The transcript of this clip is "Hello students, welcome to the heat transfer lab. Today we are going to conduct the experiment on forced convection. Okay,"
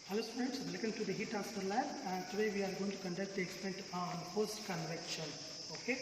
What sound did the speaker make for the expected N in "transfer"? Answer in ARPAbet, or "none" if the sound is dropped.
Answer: none